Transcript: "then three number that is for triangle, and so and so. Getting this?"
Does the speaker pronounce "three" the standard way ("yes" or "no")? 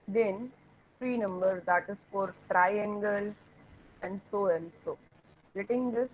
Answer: no